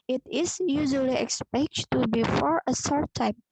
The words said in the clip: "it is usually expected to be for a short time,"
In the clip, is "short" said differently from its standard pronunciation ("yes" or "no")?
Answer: yes